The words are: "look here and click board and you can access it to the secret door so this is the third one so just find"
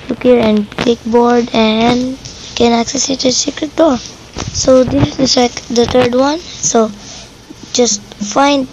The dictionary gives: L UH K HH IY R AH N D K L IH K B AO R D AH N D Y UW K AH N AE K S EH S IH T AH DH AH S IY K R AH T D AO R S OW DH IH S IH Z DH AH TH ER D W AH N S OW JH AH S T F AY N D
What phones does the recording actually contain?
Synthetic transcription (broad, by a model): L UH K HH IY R AH N D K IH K B AO R D AH N D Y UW K AH N AE K S EH S IH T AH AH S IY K R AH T D AO R S OW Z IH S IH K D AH T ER D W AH N S OW JH AH S T F AY N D